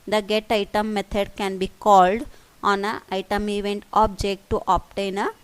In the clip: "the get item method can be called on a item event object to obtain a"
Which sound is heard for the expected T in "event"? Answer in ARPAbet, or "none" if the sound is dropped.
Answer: T